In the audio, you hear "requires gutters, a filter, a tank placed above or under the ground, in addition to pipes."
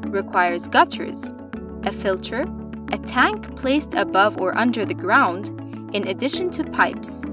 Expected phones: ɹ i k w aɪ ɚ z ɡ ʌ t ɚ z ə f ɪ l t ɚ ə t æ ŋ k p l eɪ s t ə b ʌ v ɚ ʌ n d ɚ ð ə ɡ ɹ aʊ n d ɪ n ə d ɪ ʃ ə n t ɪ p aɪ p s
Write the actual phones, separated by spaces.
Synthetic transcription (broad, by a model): ɹ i k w aɪ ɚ z ɡ ʌ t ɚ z ə f ɪ l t ɚ ə t æ ŋ k p l eɪ s t ə b ʌ v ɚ ʌ n d ɚ ð ə ɡ ɹ aʊ n d ɪ n ə d ɪ ʃ ə n t ɪ p aɪ p s